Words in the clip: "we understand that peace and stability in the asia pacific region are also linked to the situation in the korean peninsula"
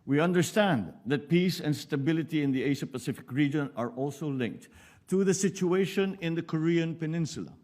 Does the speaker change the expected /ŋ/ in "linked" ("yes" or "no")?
no